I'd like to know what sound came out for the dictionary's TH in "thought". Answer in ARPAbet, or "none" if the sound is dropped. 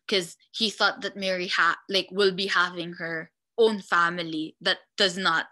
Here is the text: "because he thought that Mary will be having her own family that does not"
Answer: TH